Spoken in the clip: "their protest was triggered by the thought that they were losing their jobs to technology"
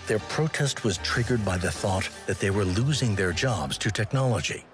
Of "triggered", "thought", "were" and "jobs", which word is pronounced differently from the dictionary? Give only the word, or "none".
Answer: none